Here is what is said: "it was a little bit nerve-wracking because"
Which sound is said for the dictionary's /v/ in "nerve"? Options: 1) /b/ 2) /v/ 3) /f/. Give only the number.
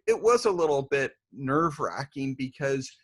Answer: 2